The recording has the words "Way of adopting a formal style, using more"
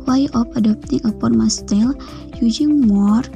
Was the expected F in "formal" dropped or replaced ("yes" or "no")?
yes